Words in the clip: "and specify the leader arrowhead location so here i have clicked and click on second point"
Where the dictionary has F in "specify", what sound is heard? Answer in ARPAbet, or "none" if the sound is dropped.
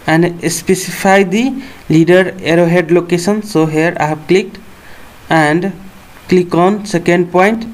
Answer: P